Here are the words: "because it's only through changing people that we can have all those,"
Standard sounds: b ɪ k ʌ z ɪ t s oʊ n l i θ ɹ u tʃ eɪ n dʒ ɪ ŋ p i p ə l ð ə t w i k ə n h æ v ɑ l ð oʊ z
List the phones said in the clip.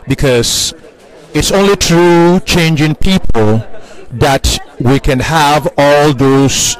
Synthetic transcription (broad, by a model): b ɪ k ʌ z ɪ t s oʊ n l i t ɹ u tʃ eɪ n dʒ ɪ ŋ p i p ə l ð ə t w i k ə n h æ v ɑ l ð oʊ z